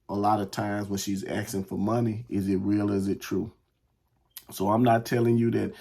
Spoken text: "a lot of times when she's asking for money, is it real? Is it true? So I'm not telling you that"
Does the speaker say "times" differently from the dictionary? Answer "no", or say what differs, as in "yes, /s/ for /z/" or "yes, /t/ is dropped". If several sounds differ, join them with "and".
no